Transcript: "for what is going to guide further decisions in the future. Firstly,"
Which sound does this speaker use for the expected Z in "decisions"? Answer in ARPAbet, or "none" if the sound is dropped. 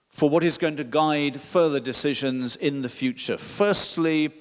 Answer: Z